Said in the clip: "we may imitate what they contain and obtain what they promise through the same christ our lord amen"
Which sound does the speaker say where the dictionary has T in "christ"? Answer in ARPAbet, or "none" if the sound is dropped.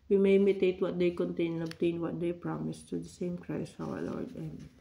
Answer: none